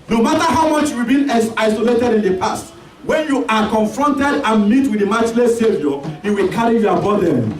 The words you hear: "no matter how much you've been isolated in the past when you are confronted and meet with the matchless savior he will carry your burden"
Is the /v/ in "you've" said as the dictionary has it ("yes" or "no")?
no